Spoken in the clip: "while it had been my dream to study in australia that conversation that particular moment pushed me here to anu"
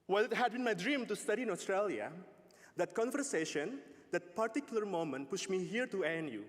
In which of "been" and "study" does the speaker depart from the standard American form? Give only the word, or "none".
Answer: none